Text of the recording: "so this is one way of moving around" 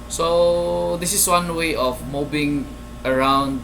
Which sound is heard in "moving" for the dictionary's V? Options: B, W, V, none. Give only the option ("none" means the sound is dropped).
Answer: B